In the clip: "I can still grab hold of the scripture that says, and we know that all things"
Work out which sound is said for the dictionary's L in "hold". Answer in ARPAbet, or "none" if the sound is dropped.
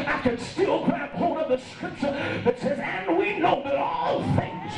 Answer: none